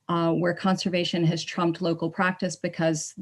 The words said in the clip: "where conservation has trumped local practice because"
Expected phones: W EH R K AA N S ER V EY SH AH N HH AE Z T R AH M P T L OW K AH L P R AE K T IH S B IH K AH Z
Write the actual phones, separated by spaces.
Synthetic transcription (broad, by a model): W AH R K AA N S ER V EY SH AH N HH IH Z T R AH M P T L OW K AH L P R AE K T IH S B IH K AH Z